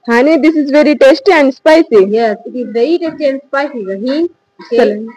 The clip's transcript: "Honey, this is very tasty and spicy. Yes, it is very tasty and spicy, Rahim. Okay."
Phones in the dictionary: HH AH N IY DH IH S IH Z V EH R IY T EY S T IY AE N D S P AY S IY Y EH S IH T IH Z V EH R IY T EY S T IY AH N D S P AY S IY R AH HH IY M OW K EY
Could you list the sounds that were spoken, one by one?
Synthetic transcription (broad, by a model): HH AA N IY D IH S IH Z V EH R IY T EY S T IY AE N D S P AY S IY Y EH S IH T IH Z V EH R IY T EY S T IY AH N D S P AY S IY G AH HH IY OW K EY